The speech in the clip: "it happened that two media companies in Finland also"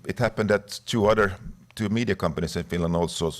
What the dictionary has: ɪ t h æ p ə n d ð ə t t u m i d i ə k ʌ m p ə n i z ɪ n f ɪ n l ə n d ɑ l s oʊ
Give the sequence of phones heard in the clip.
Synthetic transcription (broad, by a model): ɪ t h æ p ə n d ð ə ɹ t u m i d i ə k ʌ m p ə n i s ɪ n f ɪ n l ə n d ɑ l s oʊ